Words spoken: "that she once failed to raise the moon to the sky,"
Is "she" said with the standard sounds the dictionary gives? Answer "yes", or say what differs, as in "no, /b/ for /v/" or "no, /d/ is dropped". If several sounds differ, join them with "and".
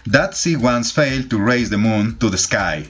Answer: no, /s/ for /ʃ/